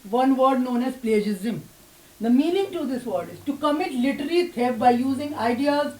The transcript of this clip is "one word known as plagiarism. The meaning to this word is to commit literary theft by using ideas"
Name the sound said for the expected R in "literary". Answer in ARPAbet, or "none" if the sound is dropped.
L